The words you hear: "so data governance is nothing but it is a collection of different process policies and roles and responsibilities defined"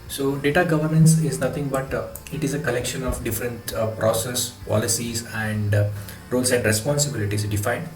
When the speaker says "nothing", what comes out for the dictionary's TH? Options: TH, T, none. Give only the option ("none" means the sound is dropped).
T